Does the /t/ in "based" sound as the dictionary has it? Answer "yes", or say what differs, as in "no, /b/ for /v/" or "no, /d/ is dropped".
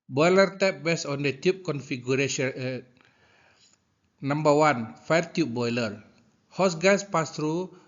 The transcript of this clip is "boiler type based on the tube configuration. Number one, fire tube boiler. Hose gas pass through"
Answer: no, /t/ is dropped